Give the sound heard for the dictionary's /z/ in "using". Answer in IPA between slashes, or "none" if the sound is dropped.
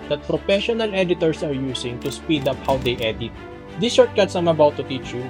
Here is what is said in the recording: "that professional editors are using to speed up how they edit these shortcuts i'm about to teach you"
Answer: /s/